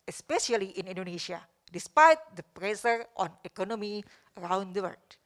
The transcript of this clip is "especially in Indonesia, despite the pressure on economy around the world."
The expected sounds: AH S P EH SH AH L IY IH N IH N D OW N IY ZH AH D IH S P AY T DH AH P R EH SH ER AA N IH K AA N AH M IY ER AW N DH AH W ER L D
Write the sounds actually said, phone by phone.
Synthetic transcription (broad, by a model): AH S P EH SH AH L IY IH N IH N D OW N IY SH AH D IH S P AY T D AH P R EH S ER AA N IH K AA N AH M IY ER AW N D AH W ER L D